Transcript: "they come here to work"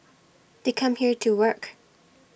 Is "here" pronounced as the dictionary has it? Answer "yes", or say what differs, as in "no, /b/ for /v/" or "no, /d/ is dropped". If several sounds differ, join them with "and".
yes